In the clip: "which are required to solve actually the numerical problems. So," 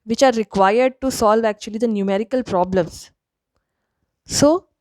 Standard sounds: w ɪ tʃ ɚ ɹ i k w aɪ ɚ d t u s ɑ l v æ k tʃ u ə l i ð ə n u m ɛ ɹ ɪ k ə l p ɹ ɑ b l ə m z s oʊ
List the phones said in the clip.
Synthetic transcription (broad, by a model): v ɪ tʃ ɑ ɹ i k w aɪ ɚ d t u s ɑ l v æ k tʃ u ə l i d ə n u m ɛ ɹ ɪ k ə l p ɹ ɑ b l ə m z s oʊ